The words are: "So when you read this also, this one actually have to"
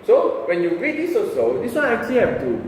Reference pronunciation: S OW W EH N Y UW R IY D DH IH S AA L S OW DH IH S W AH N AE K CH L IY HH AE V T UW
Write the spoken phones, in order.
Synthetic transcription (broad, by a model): S OW W EH N Y UW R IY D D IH S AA S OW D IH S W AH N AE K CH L IY HH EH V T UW